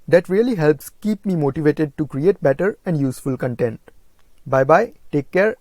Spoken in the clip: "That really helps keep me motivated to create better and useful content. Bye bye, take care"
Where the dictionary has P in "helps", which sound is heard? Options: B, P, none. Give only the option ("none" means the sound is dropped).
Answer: P